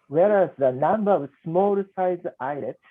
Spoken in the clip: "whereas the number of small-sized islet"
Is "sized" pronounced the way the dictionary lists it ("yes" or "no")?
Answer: no